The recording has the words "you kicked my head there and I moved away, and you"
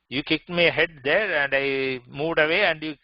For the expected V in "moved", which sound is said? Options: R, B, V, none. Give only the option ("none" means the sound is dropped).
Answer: V